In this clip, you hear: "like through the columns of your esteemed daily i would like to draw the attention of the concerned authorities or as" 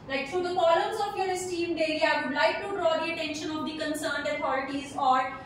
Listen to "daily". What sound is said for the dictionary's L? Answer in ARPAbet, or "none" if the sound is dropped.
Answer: none